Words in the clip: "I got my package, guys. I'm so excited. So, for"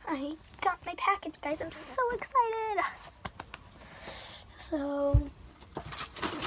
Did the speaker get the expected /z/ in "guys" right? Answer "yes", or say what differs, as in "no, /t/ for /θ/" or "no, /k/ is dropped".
yes